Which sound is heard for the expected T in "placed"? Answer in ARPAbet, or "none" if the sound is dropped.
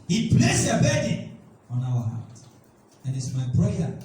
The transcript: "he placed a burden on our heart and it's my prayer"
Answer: none